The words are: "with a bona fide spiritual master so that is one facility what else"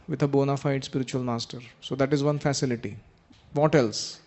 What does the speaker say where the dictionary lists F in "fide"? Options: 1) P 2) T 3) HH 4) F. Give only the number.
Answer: 4